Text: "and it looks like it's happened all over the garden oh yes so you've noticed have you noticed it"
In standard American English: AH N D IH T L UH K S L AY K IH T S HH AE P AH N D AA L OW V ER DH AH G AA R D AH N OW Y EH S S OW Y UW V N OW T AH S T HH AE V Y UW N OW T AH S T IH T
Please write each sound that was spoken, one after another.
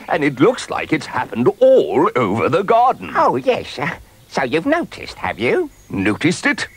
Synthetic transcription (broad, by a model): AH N IH T L UH K S L AY K IH T S HH AE P AH N D AA L OW V ER DH AH G AA R D N OW Y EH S S OW Y UW V N OW T AH S T HH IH V Y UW N OW T AH S T IH T